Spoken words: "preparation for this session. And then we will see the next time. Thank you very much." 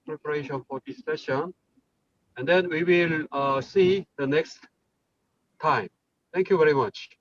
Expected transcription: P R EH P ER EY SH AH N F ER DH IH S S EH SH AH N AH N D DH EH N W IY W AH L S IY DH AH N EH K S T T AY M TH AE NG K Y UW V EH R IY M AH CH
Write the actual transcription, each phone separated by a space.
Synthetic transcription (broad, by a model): P R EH P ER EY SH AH N F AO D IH S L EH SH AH N AH N D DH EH N W IY W AH L S IY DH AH N EH K S T T AY M T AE NG K Y UW V EH R IY M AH CH